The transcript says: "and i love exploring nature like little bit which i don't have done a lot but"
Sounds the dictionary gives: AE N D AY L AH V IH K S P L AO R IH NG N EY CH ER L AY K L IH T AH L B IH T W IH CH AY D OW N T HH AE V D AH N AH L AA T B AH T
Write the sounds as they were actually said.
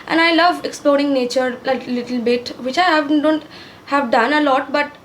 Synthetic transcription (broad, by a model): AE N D AY L AH V IH K S P L AO R IH NG N EY CH ER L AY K L IH T AH L B IH T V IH CH AY D OW N T HH AE V D AH N AH L AA T B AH T